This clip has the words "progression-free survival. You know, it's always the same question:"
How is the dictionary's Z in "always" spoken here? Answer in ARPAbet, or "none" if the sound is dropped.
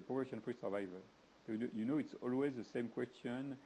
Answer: Z